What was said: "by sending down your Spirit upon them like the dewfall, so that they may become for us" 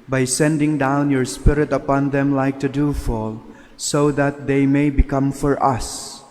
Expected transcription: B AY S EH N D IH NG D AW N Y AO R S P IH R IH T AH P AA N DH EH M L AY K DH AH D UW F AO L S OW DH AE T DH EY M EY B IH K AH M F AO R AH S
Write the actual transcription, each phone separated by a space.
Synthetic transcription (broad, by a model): B AY S EH N D IH NG D AW N Y AO R S P IH R IH T AH P AA N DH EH M L AY K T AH D UW F AO L S OW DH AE T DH EY M EY B IH K AH M F AO R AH S